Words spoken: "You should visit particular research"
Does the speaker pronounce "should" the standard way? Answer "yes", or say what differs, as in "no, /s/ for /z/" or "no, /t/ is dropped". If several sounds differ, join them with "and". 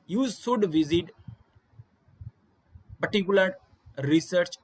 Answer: no, /s/ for /ʃ/